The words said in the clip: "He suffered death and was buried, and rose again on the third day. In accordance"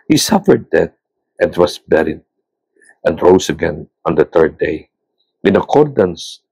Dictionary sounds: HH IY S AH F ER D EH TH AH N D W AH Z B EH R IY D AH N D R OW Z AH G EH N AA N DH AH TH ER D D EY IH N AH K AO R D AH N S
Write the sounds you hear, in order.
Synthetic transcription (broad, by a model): HH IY S AH F ER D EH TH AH N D W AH S B EH R IY D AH N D R OW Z AH G EH N AA N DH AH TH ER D D EY IH N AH K AO R D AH N S